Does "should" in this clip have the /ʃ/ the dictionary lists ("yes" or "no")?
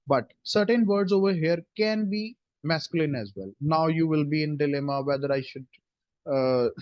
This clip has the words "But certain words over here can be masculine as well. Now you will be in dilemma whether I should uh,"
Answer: yes